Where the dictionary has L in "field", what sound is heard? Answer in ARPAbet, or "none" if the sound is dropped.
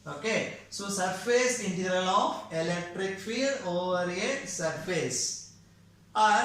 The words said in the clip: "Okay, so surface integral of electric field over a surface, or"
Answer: none